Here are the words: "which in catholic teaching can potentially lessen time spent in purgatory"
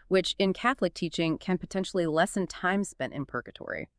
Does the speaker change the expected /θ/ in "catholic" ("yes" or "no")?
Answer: no